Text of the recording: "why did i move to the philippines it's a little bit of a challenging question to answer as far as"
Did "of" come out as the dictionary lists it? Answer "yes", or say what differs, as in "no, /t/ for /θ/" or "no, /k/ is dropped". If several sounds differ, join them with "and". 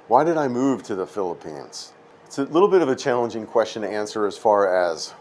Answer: yes